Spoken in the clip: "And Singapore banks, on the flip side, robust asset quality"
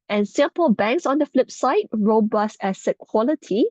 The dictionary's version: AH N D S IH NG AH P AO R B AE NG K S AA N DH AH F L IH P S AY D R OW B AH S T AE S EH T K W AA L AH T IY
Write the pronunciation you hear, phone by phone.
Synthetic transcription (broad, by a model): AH N S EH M P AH L B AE NG K S AA N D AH F L IH P S AY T R OW B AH S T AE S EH K W AA L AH T IY